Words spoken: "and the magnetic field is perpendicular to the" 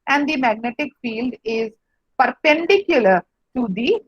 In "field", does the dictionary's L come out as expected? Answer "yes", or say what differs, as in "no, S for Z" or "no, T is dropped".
yes